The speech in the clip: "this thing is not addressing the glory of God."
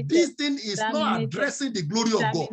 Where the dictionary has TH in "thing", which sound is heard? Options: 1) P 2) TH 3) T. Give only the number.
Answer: 3